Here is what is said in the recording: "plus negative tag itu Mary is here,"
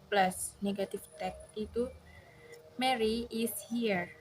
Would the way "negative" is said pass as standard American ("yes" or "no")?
no